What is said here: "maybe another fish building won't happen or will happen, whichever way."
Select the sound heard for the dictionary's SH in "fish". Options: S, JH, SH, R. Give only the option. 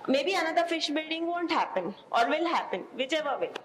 SH